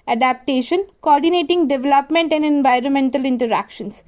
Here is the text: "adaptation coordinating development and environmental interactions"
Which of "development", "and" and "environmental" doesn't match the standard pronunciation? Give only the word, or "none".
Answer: none